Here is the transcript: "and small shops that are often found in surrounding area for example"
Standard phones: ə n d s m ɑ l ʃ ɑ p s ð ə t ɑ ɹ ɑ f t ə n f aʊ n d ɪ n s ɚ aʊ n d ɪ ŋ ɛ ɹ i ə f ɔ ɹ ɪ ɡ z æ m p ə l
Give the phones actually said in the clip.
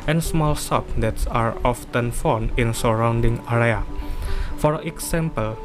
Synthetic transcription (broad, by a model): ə n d s m ɑ l s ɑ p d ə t ɑ ɹ ɑ f t ə n f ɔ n ɪ n s ɚ aʊ n d ɪ ŋ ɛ ɹ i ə f ɔ ɹ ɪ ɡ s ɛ m p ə l